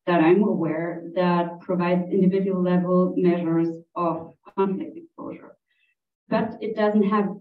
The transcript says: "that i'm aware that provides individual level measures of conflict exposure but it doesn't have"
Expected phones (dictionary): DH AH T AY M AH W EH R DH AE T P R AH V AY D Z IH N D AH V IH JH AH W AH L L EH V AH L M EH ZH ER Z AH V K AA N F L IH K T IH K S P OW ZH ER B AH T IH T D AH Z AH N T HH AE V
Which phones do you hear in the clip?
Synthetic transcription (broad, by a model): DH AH T AY M AH W EH R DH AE T P R AH V AY D Z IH N D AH V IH JH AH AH L L EH V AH L M EH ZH ER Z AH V K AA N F L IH K T IH K S P OW ZH ER B AH T IH T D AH Z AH N T HH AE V